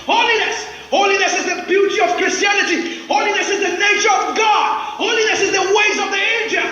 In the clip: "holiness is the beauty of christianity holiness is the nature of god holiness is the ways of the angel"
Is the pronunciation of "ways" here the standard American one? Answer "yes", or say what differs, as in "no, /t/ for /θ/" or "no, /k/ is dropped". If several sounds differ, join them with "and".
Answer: yes